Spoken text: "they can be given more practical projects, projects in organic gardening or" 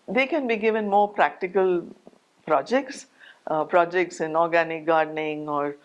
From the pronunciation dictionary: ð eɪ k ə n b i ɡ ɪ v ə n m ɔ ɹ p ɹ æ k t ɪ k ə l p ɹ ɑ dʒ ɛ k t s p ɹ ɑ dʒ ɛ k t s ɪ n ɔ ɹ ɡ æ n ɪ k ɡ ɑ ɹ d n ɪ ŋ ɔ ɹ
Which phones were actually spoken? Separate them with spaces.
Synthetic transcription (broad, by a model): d eɪ k ə n b i ɡ ɪ v ə n m ɔ ɹ p ɹ æ k t ɪ k ə l p ɹ ɑ dʒ ɛ k t s p ɹ ɑ dʒ ɛ k t s ɪ n ɔ ɹ ɡ æ n ɪ k ɡ ɑ ɹ d n ɪ ŋ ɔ ɹ